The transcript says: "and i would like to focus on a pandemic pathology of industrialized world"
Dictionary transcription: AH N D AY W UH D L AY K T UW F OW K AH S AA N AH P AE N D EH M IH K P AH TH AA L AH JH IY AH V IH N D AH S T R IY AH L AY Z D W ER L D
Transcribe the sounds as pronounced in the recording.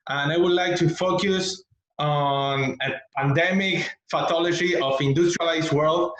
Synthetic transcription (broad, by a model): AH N AY W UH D L AY K T UW F OW K AH S AA N AH P AE N D EH M IH K F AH T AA L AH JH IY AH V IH N D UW S T R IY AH L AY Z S W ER L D